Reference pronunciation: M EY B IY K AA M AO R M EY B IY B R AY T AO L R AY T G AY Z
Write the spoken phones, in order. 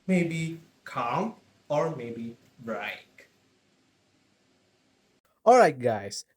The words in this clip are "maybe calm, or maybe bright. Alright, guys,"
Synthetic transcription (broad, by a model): M EY B IY K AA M AO R M EY B IY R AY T AO L R AY T G AY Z